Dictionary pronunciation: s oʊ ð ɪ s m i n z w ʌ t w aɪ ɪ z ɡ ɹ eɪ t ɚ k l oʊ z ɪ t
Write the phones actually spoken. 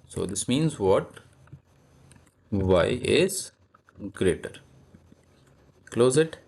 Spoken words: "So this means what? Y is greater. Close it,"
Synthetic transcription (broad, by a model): s oʊ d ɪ s m i n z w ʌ t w aɪ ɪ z ɡ ɹ eɪ t ɚ k l oʊ z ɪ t